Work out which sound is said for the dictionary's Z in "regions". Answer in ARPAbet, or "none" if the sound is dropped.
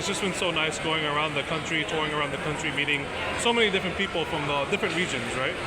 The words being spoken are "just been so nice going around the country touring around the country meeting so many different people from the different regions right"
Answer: Z